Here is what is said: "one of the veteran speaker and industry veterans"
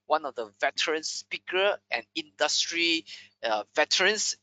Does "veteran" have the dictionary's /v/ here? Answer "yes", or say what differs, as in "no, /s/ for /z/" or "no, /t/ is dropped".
yes